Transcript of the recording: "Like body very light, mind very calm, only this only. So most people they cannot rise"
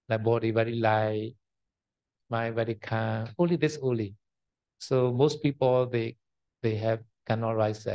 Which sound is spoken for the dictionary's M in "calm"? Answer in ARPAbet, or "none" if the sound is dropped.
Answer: none